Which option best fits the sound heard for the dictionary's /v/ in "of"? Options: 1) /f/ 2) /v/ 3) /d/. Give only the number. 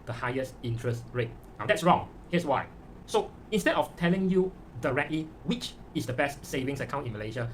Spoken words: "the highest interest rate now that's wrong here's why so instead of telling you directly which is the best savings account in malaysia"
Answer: 1